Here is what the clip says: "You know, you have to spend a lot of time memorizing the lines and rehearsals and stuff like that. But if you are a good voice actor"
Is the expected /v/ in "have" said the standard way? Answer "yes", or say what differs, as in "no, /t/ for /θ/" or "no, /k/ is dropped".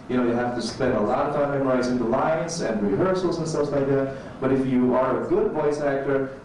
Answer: no, /f/ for /v/